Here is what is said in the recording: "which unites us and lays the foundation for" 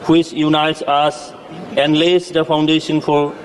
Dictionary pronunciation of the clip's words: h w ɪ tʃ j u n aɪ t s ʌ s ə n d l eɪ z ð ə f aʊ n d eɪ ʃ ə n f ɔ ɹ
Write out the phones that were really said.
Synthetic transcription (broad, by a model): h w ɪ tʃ j u n aɪ t s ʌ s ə n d l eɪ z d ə p aʊ n d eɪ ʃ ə n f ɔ ɹ